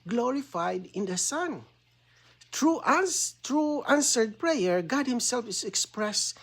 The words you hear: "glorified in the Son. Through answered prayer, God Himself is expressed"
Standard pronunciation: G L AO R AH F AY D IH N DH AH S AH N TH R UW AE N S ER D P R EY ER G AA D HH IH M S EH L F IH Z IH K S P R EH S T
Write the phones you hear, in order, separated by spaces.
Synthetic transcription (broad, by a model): G L AO R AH F AY D IH N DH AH S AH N T R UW AE N S ER D P R EY ER G AA D HH IH M S EH L F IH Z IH K S P R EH S